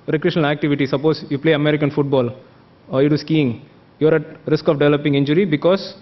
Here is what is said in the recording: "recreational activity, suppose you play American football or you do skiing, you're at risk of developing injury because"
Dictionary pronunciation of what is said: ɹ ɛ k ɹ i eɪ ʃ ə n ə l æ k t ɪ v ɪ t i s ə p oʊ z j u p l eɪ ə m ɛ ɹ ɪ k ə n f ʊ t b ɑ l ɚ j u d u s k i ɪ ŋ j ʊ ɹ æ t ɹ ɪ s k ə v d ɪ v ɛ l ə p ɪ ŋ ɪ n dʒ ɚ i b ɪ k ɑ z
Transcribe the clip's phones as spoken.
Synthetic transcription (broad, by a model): ɹ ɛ k ɹ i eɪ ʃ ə n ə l æ k t ɪ v ɪ t i s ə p oʊ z j u p l eɪ ə m ɛ ɹ ɪ k ə n f ʊ t b ɑ l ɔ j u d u s k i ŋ j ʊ ɹ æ t ɹ ɪ s k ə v d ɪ v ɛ l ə p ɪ ŋ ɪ n dʒ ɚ i b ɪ k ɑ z